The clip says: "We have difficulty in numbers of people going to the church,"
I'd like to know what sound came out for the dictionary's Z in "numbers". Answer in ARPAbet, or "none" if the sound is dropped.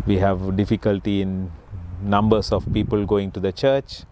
S